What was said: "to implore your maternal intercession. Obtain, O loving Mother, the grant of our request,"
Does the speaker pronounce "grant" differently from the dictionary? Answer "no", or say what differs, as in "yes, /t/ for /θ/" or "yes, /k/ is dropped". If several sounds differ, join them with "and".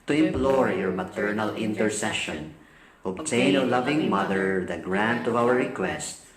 no